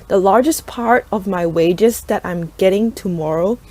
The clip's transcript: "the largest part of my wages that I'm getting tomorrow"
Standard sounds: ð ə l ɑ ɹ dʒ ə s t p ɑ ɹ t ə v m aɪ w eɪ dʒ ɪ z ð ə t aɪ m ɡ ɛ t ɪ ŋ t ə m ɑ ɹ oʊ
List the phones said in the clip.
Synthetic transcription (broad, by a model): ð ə l ɑ ɹ dʒ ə s p ɑ ɹ t ə v m aɪ w eɪ dʒ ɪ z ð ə t aɪ m ɡ ɛ t ɪ ŋ t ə m ɑ ɹ oʊ